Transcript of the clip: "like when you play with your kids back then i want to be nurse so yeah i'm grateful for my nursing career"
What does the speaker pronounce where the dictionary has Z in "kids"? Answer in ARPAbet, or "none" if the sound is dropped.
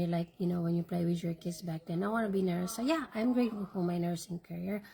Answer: S